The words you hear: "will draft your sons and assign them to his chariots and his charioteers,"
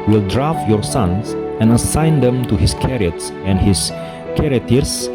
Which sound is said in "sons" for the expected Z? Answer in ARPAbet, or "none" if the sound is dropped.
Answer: S